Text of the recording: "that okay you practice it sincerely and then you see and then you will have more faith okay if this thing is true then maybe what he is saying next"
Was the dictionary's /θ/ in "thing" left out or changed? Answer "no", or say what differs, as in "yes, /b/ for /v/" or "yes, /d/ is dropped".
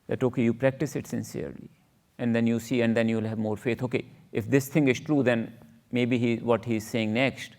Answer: yes, /t/ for /θ/